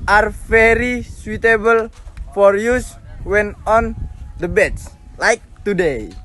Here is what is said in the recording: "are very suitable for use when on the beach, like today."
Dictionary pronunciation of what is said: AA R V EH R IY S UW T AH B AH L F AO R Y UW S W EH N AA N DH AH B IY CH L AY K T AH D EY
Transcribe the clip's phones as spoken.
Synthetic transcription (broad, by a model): AA R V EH R IY S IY T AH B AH L F AO R Y UW S W EH N AA N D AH B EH S L AY K T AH D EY